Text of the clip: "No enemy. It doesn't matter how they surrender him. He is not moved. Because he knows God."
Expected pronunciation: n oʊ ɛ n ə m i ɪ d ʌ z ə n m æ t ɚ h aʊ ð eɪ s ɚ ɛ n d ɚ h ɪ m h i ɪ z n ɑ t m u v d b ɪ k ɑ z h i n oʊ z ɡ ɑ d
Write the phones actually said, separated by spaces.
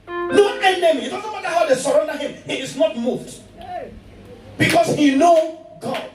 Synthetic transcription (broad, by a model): n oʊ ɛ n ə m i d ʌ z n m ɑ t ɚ h aʊ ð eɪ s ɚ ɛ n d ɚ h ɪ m h i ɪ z n ɑ t m u v d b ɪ k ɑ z h i n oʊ ɡ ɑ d